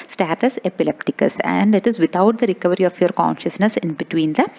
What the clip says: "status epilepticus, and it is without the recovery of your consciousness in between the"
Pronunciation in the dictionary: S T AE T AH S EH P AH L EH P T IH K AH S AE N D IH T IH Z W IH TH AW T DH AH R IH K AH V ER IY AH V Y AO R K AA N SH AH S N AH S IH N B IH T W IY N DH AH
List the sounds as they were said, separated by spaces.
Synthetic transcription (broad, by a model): S T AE T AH S EH P AH L EH P T IH K AH S AE N D IH T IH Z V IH T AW T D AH R IH K AH V ER IY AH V Y AO R K AA N SH AH S N AH S IH N B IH T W IY N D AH